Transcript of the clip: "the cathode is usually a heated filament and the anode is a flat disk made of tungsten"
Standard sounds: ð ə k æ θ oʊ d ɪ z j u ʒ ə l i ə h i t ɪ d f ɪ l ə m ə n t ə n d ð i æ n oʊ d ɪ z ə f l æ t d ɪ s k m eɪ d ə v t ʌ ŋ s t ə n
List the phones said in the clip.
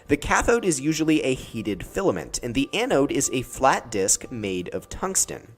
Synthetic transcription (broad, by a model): ð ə k æ θ oʊ d ɪ z j u ʒ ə l i ə h i t ɪ d f ɪ l ə m ə n t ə n ð i æ n oʊ d ɪ z ə f l æ t d ɪ s k m eɪ d ə v t ʌ ŋ s t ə n